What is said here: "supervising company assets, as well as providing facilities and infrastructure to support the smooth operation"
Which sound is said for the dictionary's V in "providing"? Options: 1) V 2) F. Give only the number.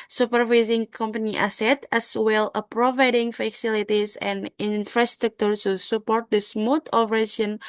1